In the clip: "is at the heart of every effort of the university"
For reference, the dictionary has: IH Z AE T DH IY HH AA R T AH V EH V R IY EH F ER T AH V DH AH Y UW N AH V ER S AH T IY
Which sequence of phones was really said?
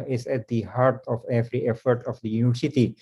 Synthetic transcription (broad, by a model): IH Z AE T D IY HH AA R T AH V EH V R IY EH F ER T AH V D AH Y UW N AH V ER S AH T IY